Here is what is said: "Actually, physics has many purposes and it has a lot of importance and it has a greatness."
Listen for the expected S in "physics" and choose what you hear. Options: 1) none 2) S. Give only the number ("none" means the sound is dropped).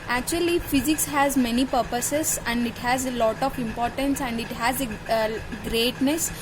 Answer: 2